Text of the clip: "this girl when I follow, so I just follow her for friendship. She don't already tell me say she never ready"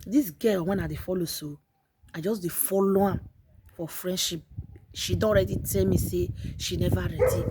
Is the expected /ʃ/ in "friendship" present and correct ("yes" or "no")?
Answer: yes